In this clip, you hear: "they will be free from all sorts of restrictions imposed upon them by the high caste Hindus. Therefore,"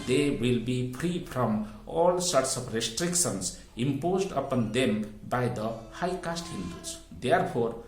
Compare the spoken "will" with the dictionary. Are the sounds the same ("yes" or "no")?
yes